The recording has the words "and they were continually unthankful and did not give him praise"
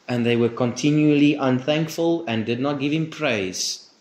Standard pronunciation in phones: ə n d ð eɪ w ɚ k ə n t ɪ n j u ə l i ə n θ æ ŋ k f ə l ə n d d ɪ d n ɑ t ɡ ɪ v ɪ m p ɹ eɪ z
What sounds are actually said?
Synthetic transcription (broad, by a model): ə n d ð eɪ w ɚ k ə n t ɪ n j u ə l i ə n θ æ ŋ k f ə l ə n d d ɪ d n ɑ t ɡ ɪ v ɪ m p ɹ eɪ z